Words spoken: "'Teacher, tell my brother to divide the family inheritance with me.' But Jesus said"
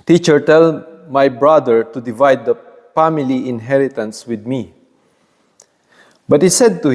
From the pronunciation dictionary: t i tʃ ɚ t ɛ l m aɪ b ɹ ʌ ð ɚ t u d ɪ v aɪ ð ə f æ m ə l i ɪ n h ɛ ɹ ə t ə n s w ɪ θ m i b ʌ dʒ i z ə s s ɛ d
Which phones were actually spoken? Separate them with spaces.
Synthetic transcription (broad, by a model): t i tʃ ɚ t ɛ l m aɪ b ɹ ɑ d ɚ t u d ɪ v aɪ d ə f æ m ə l i ɪ n h ɛ ɹ ə t ə n s w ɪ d m i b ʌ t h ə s s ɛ d